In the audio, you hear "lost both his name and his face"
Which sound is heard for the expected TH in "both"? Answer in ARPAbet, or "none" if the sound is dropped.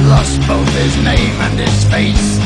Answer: TH